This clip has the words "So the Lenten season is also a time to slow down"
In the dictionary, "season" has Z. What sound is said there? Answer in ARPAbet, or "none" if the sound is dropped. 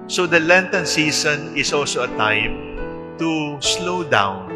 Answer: S